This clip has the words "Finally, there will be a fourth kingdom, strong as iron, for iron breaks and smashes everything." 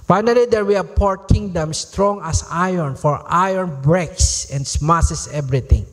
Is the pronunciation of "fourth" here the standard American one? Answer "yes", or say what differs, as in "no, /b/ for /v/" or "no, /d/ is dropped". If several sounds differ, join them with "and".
no, /p/ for /f/ and /t/ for /θ/